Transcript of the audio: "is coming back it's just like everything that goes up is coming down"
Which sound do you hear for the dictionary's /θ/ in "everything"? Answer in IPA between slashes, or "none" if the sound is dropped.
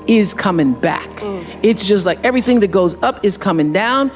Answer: /θ/